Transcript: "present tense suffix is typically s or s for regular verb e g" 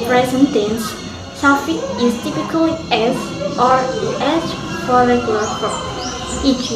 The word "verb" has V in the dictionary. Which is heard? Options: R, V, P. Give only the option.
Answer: P